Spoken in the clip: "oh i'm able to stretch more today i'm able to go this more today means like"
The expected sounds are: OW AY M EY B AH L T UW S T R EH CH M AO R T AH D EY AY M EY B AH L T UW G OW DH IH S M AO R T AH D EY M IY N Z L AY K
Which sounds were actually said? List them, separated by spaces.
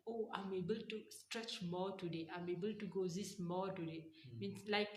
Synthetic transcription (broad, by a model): OW AY M EY B AH L T UW S T R EH CH M AO T AH D EY AY M EY B AH L T UW G OW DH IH S M AO T AH D EY M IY N S L AY K